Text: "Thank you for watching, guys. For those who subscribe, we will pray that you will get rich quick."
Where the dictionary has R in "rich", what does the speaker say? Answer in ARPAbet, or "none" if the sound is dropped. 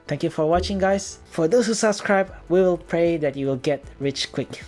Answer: R